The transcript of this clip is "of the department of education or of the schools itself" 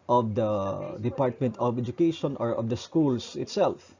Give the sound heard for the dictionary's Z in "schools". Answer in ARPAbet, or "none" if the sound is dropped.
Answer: S